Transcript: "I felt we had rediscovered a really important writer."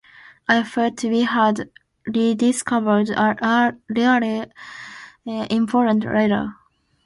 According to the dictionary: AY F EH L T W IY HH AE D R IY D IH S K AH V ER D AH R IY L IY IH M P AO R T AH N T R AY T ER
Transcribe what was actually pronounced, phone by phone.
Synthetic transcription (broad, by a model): AY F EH T W IY HH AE D R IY D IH S K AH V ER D AH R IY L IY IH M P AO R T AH N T R AY T ER